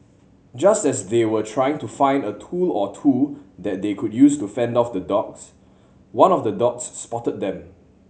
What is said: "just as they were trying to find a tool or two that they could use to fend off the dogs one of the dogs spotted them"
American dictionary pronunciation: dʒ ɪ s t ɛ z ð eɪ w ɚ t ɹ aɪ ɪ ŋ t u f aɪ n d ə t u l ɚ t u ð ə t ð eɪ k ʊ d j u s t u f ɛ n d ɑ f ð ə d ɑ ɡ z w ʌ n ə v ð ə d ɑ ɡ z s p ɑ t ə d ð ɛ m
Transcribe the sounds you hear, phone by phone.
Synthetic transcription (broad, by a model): dʒ ɪ s t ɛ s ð eɪ w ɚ t ɹ aɪ ɪ ŋ t u f aɪ n d ə t u l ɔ t u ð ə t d eɪ k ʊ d j u s t u f ɛ n d ɑ f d ə d ɑ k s w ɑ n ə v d ə d ɑ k s p ɑ t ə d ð ɛ m